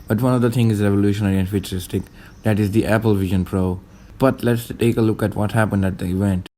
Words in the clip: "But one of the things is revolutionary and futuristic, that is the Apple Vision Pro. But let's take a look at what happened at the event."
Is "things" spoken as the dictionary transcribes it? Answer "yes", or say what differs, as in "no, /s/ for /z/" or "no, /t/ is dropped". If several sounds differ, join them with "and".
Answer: no, /t/ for /θ/ and /z/ is dropped